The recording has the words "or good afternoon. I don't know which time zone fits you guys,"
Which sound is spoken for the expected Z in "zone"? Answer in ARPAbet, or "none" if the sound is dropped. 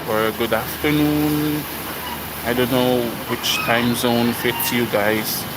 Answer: Z